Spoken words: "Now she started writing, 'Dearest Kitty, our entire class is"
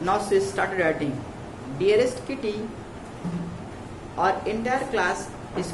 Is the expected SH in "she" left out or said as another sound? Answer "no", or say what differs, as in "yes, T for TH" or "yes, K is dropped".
yes, S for SH